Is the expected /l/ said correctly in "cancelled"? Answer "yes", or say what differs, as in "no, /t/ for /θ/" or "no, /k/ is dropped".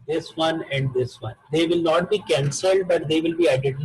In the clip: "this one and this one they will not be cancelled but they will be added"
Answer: yes